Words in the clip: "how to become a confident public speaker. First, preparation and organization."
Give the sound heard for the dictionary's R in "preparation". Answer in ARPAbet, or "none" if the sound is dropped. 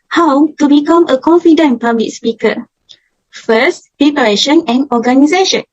none